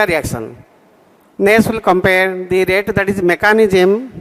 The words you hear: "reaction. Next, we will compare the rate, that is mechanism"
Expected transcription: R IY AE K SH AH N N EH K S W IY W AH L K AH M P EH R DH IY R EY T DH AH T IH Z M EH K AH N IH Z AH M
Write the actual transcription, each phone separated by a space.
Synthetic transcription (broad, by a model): R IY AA K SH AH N N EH S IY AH L K AH M P EH R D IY R EY T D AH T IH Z M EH K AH N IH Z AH M